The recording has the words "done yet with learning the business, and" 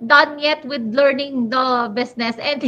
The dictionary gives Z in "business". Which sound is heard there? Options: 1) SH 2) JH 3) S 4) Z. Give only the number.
3